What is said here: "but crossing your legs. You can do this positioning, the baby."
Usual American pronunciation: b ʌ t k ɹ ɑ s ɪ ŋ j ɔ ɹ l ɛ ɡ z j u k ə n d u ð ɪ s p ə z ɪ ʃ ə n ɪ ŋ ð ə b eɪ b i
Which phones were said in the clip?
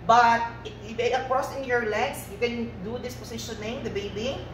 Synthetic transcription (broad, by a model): b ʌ t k ɹ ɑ s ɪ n j ɔ ɹ l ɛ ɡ s j u k ə n d u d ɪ s p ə s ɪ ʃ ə n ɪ ŋ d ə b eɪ b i